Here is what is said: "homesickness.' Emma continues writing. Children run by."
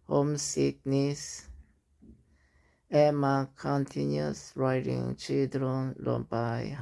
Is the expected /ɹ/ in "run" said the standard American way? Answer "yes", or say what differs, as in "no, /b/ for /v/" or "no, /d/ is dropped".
no, /l/ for /ɹ/